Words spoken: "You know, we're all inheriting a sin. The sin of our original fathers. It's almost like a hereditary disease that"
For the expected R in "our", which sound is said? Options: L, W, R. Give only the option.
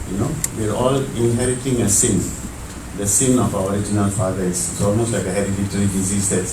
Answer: R